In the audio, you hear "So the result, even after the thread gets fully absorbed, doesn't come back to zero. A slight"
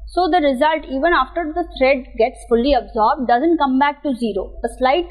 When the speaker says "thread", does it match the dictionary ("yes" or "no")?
no